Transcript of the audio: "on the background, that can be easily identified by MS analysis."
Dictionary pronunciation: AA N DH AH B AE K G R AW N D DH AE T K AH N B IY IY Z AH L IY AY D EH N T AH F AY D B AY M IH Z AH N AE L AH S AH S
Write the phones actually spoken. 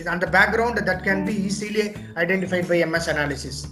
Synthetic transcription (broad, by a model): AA N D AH B AE K G R AW N D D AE T K AH N B IY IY S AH L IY AY D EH N T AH F AY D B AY M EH S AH N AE L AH S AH S